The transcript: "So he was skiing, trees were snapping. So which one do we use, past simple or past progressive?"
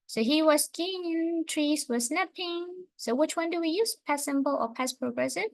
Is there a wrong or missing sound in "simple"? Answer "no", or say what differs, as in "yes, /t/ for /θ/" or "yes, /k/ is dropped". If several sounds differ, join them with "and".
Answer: yes, /b/ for /p/